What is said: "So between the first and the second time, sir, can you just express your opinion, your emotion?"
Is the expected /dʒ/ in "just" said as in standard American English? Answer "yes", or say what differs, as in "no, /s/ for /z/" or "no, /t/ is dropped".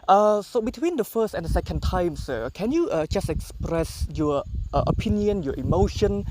yes